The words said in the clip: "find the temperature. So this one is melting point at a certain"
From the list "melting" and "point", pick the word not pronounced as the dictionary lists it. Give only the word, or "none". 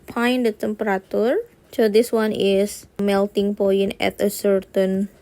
point